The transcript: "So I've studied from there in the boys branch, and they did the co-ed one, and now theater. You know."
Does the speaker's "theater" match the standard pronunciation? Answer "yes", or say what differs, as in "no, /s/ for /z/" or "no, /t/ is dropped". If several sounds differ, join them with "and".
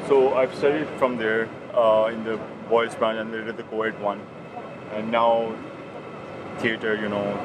no, /t/ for /θ/